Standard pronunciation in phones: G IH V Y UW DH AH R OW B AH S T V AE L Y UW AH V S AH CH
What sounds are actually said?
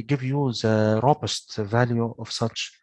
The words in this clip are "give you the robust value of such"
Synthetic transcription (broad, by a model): G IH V Y UW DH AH R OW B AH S T V AE L Y UW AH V S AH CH